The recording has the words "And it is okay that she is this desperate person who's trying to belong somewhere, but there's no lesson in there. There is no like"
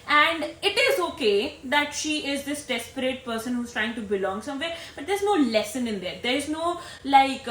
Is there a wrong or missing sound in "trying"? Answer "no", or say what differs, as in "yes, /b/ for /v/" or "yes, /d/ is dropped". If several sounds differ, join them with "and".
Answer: no